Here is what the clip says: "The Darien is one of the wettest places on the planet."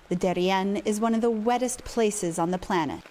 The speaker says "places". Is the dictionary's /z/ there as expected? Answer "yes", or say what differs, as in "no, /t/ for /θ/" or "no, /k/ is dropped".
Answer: yes